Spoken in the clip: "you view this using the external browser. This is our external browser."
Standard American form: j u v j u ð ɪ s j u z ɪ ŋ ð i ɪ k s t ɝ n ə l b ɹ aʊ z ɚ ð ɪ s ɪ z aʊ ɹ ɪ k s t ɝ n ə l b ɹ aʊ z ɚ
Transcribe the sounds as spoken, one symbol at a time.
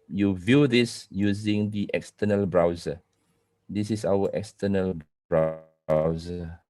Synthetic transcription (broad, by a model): j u v j u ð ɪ s j u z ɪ ŋ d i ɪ k s t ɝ n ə l b ɹ aʊ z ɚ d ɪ s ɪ s aʊ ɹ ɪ k s t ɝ n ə l b ɹ aʊ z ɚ